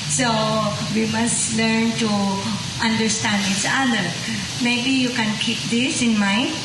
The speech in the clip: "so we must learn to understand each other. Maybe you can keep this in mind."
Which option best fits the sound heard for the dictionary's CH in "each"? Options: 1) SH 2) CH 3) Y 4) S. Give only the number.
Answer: 4